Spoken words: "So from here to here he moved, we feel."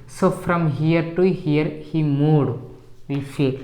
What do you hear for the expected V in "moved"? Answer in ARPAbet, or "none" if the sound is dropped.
none